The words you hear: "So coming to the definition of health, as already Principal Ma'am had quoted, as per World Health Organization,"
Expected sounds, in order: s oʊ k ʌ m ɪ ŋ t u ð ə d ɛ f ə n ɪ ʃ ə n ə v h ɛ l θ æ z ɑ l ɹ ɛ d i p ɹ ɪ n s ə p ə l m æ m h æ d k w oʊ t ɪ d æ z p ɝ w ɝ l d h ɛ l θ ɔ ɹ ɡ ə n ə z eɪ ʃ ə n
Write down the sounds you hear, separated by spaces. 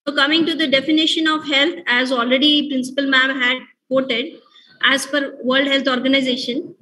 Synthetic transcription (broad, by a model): oʊ k ʌ m ɪ ŋ t u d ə d ɛ f ə n ɪ ʃ ə n ə v h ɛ l t æ z ɑ l ɹ ɛ d i p ɹ ɪ n s ə p ə l m æ m h æ d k oʊ t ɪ d æ z f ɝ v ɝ l d h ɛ l t ɔ ɹ ɡ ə n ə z eɪ ʃ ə n